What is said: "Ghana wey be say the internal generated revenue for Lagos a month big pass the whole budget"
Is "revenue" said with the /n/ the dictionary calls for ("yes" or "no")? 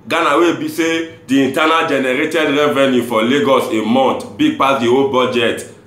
yes